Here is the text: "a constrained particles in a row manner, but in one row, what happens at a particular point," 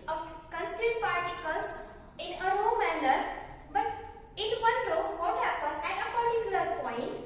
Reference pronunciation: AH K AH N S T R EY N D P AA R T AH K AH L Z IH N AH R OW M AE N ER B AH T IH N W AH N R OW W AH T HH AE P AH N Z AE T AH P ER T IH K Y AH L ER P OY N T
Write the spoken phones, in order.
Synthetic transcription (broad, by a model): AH K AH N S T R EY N P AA R T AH K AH L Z IH N AH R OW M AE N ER B AH T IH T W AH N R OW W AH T HH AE P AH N AE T AH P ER T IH K Y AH L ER P OY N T